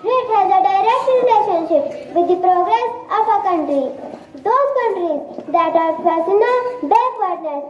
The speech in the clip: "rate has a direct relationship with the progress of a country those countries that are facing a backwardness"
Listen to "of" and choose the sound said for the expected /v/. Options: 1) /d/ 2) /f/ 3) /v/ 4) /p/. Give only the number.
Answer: 4